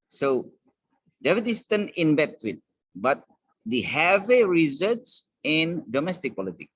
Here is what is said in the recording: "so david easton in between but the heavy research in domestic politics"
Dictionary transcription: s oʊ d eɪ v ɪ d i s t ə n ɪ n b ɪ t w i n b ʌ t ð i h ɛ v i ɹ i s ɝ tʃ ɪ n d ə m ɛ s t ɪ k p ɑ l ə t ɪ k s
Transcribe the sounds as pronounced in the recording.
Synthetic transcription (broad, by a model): s oʊ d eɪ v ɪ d i s t ə n ɪ n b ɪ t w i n b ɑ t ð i h ɛ v i ɹ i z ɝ s ɪ n d ə m ɛ s t ɪ k p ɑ l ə t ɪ k